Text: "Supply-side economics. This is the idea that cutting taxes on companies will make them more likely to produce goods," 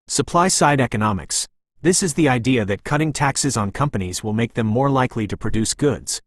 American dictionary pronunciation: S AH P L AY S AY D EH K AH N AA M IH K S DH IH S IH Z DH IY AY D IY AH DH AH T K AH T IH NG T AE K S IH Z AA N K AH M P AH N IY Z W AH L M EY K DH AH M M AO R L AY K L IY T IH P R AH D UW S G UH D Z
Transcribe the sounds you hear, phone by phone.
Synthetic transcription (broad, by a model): S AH P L AY S AY D EH K AH N AA M IH K S DH IH S IH Z DH IY AY D IY AH DH AH T K AH T IH NG T AE K S IH Z N K AH M P AH N IY Z W AH L M EY K DH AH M M AO R L AY K L IY T IH P R AH D UW S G UH D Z